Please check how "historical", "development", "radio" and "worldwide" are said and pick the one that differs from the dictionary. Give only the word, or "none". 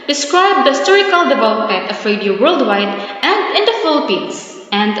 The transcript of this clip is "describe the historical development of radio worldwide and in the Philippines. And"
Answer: development